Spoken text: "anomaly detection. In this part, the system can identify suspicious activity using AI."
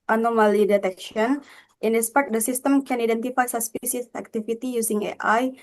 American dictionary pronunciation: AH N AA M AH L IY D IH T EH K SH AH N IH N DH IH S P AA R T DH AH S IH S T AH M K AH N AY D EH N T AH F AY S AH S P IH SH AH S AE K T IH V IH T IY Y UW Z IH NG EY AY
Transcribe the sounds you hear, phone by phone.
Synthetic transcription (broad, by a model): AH N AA M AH L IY D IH T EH K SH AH N IH N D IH S P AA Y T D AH S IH S T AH M K AH N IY D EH N T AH F AY S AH S P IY S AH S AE K T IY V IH T IY Y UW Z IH NG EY AY